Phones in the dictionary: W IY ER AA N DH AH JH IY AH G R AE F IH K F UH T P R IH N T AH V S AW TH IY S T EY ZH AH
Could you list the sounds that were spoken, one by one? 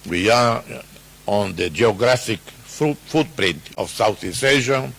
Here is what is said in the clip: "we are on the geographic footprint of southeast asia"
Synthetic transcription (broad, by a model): W IY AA AA N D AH JH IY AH G R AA F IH K F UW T P R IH N T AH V S AW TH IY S EY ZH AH